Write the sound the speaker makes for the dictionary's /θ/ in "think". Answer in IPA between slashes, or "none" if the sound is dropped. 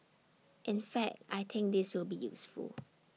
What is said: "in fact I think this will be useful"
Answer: /t/